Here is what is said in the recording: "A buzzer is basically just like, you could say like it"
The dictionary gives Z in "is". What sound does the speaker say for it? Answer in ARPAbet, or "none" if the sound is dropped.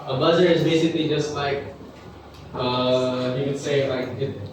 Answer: Z